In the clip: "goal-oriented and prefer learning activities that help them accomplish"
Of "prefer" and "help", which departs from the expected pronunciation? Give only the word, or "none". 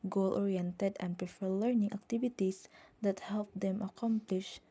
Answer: none